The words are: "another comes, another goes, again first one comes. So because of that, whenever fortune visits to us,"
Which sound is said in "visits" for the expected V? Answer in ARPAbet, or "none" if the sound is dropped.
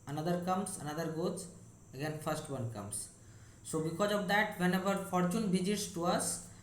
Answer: B